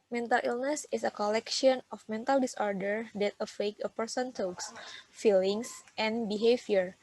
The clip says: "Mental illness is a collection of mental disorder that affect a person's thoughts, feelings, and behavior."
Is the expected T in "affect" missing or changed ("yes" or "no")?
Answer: yes